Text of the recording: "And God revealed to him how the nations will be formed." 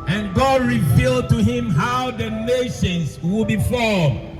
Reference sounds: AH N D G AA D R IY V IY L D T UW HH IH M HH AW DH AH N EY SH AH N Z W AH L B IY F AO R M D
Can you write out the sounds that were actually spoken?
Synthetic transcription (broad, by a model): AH N G AA D R IY V IY L D T UW HH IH M HH AW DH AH N EY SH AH N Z W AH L B IY F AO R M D